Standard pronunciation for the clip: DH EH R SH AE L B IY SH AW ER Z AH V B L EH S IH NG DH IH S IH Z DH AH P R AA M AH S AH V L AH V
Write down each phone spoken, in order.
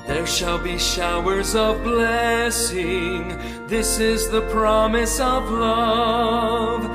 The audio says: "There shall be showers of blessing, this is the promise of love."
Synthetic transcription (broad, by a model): DH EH R SH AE L B IY SH AW ER Z AH V B L EH S IH NG DH IH S IH Z DH AH P R AA M AH S AH V L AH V